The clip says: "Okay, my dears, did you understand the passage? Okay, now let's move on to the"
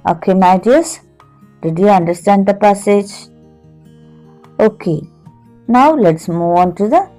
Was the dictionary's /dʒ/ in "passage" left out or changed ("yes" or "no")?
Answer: no